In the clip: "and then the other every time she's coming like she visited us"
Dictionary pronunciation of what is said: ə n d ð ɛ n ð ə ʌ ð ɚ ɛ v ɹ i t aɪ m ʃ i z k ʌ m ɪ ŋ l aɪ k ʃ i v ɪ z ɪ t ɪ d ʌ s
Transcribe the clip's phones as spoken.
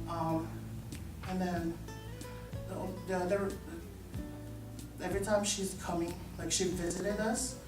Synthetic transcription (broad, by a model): ə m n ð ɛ n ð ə ʌ ð ɚ ɛ v ɹ i t aɪ m ʃ i z k ʌ m ɪ ŋ l aɪ k ʃ i v ɪ z ɪ t ɪ d ʌ s